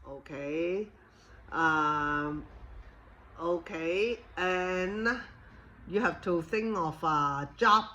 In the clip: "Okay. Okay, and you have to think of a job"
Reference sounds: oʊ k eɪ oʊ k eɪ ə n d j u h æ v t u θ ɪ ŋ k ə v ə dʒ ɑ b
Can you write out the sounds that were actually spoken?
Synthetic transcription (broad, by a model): oʊ k eɪ oʊ k eɪ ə n j u h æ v t u θ ɪ ŋ k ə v ə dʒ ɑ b